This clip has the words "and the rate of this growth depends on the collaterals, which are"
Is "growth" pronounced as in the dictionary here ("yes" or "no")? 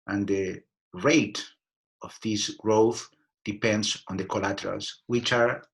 yes